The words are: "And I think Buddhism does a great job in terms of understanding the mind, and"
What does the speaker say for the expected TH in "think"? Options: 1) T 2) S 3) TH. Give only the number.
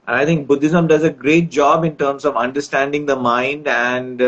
1